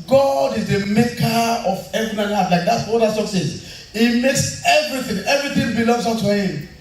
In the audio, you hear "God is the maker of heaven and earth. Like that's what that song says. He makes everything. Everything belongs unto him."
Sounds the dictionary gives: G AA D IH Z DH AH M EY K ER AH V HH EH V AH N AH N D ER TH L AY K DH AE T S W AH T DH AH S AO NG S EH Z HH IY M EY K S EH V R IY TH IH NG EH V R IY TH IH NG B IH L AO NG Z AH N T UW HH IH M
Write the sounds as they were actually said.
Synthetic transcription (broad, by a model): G AA D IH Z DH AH M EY K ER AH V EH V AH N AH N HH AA T L AY K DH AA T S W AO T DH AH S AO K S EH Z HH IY M EY K S EH V R IY TH IH NG EH V R IY TH IH NG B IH L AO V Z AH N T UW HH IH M